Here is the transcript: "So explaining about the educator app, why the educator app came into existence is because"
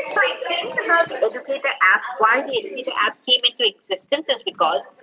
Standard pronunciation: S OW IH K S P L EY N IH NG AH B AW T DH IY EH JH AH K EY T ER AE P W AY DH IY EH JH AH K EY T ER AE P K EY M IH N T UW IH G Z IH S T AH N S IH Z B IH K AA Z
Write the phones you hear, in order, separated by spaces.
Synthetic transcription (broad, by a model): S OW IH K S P EY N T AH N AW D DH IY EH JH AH K EY T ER AE P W AY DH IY EH JH AH K EY T ER AE P K EY M IH N T UW IH G Z IH S T AH N S IH Z B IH K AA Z